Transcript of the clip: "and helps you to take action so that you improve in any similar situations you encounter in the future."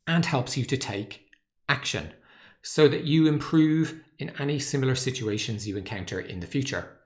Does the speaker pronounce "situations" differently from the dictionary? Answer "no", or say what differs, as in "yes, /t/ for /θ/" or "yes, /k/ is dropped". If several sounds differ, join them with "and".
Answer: no